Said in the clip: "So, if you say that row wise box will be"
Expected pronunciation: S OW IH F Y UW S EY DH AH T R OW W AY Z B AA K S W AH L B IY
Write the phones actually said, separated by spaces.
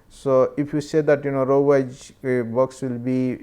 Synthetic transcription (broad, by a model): S OW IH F Y UW S EY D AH T R OW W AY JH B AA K S W AH L B IY